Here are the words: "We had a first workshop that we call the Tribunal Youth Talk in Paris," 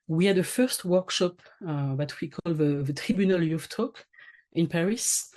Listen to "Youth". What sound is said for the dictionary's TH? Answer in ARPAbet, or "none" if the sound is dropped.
F